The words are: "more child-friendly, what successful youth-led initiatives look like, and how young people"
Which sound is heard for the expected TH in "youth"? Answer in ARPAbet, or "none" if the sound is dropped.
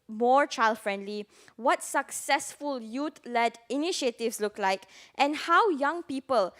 T